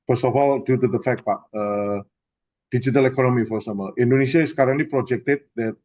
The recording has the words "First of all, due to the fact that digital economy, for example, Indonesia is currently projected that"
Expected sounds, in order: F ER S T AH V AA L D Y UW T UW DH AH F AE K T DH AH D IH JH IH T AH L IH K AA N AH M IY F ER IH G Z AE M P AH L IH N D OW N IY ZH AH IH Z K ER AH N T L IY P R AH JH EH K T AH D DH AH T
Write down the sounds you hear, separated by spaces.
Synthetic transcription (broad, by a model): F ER S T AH F AA L D Y UW T UW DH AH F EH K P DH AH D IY JH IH T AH L IH K AA N AH M IY F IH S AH M AH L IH N D OW N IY S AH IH S K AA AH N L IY P R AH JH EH K T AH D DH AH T